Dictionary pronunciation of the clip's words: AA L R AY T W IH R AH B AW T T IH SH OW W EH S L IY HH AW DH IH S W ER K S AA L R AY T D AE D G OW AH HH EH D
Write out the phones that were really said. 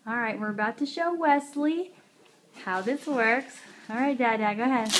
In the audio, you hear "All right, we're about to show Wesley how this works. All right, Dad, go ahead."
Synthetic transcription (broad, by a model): AA L R AY T W IH R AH B AW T T IH SH OW W EH S L IY HH AW DH IH S W ER K S AA L R AY T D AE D G OW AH HH EH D